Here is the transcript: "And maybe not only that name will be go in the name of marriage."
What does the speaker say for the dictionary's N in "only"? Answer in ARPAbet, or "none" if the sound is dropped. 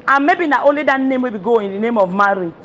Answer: none